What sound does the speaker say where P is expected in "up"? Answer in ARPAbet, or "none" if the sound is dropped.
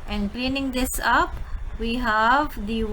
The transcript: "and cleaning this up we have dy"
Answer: P